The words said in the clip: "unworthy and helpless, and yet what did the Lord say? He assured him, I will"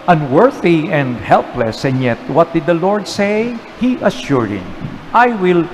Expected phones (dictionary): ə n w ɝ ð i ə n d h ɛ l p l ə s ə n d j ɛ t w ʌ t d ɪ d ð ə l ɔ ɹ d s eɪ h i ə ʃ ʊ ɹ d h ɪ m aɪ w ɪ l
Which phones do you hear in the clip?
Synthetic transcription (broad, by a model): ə n w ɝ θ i ə n d h ɛ l p l ə s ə n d j ɛ t w ʌ t d ɪ d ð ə l ɔ ɹ d s eɪ h i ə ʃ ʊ ɹ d h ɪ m aɪ w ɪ l